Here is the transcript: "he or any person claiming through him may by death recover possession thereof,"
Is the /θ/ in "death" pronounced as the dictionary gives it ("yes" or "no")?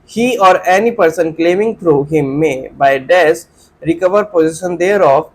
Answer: no